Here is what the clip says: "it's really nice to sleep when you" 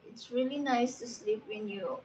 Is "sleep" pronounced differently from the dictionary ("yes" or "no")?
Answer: no